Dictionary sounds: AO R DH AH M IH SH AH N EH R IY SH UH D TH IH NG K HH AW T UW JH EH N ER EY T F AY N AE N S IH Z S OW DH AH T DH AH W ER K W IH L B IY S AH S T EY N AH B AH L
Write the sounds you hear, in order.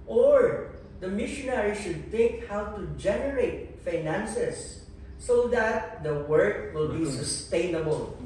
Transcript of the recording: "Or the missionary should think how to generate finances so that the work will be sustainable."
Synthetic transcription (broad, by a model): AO R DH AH M IH SH AH N EH R IY SH UH D T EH K HH AW T UW JH EH N ER EY T F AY N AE N S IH S OW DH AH T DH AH W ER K W IH L B IY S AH S T EY N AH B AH L